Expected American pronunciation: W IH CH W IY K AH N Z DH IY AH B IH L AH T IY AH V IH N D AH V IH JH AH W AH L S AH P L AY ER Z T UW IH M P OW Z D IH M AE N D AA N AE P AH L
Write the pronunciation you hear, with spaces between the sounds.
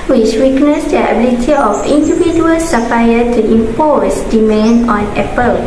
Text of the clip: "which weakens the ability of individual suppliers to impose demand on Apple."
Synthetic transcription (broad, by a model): W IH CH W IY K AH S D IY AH B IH L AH T IY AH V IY N D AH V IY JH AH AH L S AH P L AY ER T UW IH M P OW S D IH M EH N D AA N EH P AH L